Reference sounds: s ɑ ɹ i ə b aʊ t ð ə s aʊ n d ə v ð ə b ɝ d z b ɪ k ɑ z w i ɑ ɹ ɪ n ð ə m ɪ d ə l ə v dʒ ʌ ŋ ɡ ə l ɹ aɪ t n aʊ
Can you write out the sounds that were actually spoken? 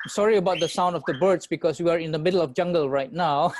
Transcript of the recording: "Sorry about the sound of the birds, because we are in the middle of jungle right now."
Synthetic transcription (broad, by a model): s ɑ ɹ i ə b aʊ t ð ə s aʊ n d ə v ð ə b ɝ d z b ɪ k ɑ s w i ɑ ɹ ɪ n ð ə m ɪ d ə l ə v dʒ ʌ ŋ ɡ ə l ɹ aɪ t n aʊ